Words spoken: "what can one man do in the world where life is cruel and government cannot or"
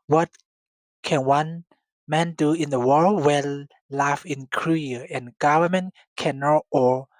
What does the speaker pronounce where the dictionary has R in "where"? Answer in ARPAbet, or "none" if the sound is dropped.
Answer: L